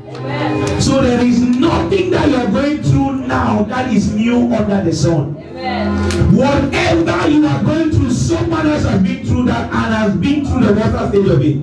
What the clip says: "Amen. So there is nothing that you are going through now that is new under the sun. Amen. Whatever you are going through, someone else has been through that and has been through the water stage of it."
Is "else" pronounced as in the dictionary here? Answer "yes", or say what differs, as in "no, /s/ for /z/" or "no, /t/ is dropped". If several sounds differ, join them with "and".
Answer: no, /l/ is dropped